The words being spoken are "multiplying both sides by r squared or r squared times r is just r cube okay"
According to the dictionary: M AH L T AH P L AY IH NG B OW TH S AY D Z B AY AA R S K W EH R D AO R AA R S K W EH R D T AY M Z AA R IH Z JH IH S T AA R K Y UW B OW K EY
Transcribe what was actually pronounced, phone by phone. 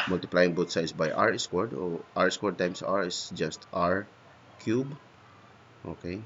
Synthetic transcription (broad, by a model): M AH L T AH P L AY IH NG B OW T S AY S B AY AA R S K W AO R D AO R AA R S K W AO R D T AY M S AA R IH S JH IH S T AA R K Y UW B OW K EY